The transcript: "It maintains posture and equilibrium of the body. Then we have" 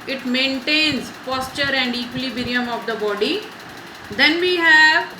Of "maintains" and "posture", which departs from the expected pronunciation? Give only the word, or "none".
none